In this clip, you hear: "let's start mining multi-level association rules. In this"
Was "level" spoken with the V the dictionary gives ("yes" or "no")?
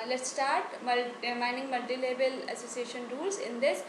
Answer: no